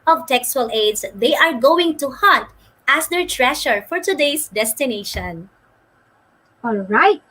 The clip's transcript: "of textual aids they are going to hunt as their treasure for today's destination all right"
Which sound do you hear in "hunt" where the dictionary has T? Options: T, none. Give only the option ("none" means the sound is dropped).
T